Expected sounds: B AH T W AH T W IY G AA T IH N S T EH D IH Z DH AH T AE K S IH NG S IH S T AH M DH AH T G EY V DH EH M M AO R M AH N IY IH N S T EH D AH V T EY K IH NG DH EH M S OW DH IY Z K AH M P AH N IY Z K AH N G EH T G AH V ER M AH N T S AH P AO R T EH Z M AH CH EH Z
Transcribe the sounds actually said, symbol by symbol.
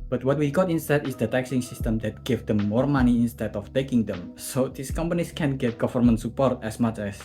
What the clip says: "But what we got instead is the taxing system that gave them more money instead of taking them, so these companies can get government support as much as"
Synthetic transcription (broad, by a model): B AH T W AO T W IY G AA T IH N S T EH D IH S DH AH T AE K S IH NG S IH S T AH M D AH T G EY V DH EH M M AO R M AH N IY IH N S T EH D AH F T EY K IH NG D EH M S OW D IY S K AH M P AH N IY S K AH N G EH T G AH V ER M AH N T S AH P AO R T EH S M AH CH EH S